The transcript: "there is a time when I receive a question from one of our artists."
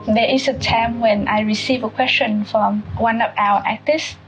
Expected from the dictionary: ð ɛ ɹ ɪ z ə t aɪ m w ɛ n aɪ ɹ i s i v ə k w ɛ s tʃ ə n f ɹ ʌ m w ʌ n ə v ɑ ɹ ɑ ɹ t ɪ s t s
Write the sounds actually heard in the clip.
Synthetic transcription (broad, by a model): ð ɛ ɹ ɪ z ə t aɪ m w ɛ n aɪ ɹ i s i v ə k w ɛ s tʃ ə n f ɹ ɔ m w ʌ n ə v ɑ w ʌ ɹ t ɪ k t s